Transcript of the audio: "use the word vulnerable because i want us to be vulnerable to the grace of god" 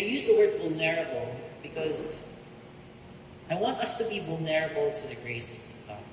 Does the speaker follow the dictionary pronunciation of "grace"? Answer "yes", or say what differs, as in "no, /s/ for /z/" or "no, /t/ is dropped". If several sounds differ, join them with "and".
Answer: no, /s/ is dropped